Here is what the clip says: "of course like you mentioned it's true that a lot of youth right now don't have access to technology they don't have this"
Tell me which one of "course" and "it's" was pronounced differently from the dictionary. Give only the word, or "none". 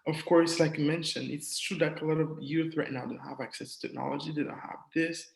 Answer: none